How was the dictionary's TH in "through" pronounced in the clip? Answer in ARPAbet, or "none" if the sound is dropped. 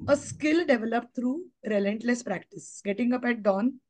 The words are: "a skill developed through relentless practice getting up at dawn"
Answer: T